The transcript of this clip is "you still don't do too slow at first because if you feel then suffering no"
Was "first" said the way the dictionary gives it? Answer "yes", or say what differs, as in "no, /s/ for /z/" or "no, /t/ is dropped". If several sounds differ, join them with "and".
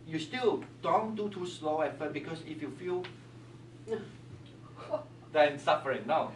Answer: no, /s/ is dropped